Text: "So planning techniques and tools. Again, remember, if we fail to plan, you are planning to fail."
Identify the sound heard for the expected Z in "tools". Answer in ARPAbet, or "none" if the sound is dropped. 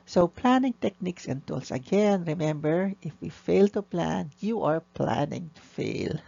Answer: S